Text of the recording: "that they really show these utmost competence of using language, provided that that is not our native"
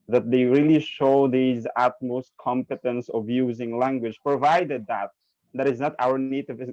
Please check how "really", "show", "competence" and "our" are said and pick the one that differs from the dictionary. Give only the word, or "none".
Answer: none